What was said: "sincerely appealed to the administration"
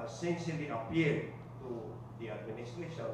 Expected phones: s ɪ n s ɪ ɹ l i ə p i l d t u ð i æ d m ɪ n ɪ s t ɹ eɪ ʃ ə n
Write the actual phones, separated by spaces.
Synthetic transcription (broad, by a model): s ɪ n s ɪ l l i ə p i d t u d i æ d m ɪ n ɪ s t ɹ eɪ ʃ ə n